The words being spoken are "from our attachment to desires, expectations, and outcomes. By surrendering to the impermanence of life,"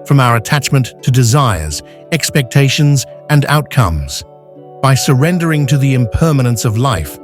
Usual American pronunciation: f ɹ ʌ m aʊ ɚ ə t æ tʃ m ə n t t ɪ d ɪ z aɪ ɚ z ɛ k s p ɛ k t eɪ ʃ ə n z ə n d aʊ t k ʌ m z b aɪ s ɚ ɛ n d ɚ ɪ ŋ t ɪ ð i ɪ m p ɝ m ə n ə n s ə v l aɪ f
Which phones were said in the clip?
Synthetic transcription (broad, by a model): f ɹ ʌ m aʊ ɚ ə t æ tʃ m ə n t t ɪ d ɪ z aɪ ɚ z ɛ k s p ɛ k t eɪ ʃ ə n z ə n aʊ t k ʌ m z b aɪ s ɚ ɛ n d ɚ ɪ ŋ t ɪ ð i ɪ m p ɝ m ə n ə n s ə v l aɪ f